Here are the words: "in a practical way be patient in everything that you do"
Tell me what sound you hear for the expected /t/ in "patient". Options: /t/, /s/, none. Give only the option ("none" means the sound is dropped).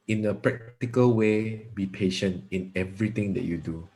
/t/